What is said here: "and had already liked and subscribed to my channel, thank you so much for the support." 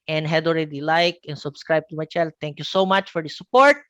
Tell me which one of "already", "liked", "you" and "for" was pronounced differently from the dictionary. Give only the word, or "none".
liked